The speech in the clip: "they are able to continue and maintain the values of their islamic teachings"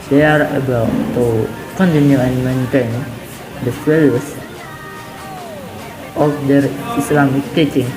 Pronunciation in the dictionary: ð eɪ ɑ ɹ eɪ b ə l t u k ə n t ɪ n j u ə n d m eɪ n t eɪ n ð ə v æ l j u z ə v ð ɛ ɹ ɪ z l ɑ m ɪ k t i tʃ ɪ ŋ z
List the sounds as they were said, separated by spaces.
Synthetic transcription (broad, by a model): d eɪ ɑ ɹ eɪ b ə l t u k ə n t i n j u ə n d m eɪ n t eɪ n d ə f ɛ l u s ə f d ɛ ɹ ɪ s l ɑ m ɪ k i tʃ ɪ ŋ